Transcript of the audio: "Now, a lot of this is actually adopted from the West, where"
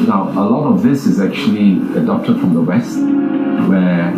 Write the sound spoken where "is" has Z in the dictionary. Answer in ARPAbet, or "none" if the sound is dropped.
Z